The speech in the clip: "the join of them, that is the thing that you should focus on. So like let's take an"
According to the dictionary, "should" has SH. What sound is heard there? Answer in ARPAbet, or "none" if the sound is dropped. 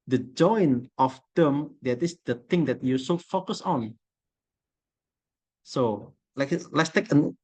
S